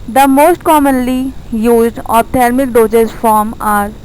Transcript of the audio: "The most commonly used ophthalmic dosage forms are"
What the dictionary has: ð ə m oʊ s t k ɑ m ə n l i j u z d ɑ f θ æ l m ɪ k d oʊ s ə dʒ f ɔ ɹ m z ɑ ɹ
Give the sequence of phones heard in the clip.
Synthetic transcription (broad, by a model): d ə m oʊ s t k ɑ m ə n l i j u z d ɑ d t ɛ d m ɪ k d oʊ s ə z f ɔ ɹ m ɑ ɹ